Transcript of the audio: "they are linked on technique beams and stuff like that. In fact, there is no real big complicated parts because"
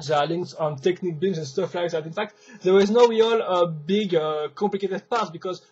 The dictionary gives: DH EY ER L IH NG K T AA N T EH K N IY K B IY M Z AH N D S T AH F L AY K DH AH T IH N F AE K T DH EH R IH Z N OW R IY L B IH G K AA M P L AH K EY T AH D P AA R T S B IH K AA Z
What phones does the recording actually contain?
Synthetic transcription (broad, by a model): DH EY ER L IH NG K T AA N T EH K N IY K B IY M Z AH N S T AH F L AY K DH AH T IH N F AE K T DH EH W IH Z N OW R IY L B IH G K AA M P L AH K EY T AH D P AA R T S B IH K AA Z